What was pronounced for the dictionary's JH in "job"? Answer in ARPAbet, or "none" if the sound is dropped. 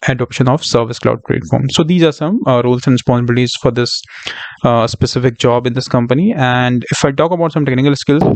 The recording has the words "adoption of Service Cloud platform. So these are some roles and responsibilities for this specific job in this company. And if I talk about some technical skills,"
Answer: JH